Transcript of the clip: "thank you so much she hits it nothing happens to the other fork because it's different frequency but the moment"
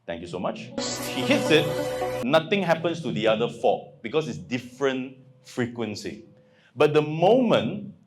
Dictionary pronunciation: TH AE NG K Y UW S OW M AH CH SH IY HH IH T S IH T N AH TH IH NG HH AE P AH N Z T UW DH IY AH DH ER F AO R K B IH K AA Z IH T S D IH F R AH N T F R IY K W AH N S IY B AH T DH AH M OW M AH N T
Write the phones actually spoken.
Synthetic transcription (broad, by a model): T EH NG K Y UW S OW M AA CH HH IY HH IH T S IH T N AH T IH NG HH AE P AH N S T UW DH IY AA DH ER F AO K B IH K AA S IH T S D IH F R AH N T F R IY K W AH N S IY B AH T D AH M OW M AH N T